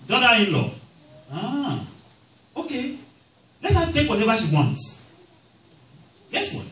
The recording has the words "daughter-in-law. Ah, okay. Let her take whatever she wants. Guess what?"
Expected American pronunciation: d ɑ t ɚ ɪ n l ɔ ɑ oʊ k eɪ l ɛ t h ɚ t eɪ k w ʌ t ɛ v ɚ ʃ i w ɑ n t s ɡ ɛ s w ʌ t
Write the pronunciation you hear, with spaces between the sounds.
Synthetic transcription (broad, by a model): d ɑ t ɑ ɪ n l ɔ ɑ oʊ k eɪ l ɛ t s t eɪ k w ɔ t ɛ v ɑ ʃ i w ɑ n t ɡ ɛ s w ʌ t